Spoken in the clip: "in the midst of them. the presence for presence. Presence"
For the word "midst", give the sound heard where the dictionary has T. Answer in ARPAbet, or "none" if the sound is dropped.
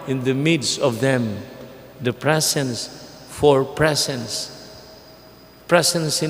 T